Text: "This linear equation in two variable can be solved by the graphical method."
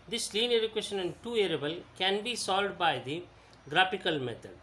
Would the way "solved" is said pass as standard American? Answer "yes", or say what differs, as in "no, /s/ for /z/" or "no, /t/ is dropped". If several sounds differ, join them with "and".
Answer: no, /v/ is dropped